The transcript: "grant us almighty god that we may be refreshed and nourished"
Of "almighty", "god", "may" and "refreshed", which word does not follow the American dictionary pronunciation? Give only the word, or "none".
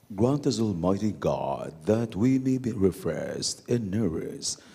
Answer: refreshed